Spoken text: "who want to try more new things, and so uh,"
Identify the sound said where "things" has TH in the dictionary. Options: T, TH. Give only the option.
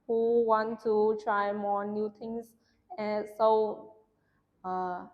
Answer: T